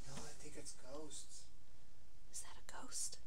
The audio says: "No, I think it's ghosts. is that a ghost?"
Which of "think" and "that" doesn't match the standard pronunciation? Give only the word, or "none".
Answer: think